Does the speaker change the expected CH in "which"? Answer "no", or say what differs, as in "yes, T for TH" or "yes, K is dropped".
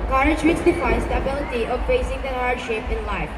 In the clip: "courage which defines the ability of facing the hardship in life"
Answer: yes, S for CH